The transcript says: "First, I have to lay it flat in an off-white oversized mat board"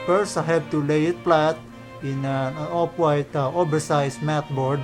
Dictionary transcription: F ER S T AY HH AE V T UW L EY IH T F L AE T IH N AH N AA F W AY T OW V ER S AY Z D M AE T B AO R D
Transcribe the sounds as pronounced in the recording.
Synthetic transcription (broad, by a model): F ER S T AY HH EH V T UW L EY IH T P L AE T IH N AH N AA P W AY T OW B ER S AY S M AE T B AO R D